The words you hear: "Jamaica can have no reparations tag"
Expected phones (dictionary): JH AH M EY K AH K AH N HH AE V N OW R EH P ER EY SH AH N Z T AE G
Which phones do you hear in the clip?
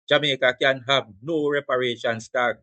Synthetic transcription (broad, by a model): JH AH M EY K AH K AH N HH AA B N OW R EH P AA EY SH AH N S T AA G